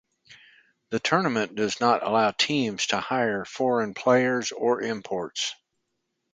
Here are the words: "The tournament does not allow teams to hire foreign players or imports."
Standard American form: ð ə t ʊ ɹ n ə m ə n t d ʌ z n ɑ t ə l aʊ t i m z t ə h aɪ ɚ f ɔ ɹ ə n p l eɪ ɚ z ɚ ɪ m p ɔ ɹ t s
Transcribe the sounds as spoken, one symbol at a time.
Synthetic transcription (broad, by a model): ð ə t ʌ ɹ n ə m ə n d ʌ z n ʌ t ə l aʊ t i m z t ə h aɪ ɚ f ɔ ɹ ə n p l eɪ ɚ z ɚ ɪ m p ɔ ɹ t s